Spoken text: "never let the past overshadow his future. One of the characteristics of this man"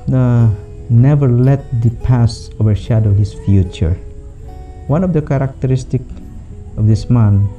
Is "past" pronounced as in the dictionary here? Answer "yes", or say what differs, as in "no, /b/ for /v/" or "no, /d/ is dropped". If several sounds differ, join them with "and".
no, /t/ is dropped